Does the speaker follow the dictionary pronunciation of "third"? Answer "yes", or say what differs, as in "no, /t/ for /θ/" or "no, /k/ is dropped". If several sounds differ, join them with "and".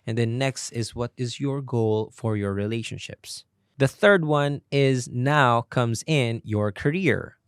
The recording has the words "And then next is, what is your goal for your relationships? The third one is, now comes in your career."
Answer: yes